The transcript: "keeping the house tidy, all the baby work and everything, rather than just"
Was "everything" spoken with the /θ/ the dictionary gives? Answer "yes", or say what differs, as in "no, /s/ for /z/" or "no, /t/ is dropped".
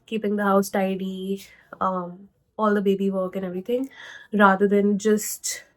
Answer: no, /t/ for /θ/